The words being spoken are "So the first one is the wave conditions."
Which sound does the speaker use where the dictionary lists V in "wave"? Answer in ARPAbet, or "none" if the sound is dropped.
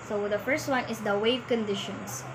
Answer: V